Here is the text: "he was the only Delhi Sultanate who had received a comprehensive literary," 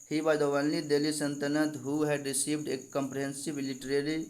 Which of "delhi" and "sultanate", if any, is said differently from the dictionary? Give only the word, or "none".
sultanate